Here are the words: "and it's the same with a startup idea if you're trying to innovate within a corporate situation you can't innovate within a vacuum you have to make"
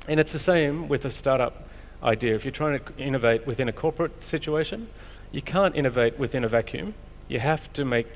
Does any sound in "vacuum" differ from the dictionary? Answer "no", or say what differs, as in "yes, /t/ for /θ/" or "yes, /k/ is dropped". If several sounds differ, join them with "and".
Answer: no